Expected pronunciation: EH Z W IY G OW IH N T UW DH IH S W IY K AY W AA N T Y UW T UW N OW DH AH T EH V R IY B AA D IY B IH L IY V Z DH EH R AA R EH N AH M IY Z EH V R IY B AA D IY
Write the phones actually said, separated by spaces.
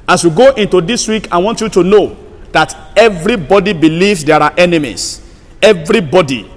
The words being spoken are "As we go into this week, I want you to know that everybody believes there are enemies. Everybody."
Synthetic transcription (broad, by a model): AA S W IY G OW IH N T UW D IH S W IY K AY W AA N T Y UW T UW N OW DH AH T EH V R IY B AA D IY B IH L IY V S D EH R AA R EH N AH M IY S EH V R IY B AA D IY